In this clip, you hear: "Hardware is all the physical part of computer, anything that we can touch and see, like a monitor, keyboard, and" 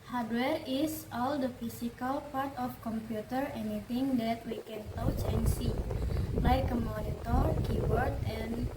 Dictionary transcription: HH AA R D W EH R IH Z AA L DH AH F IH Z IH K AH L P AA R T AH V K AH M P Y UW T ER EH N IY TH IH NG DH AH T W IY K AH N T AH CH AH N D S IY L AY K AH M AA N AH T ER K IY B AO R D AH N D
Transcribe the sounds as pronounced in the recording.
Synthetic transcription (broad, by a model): HH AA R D W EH R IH S AA L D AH F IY S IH K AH L P AA R T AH F K AH M P Y UW T ER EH N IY T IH NG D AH T W IY K AH N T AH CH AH N S IY L AY K AH M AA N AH T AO K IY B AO R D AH N